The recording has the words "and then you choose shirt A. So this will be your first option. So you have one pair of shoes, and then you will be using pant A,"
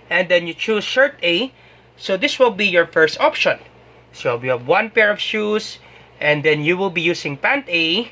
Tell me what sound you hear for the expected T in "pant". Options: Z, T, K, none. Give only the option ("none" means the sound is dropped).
T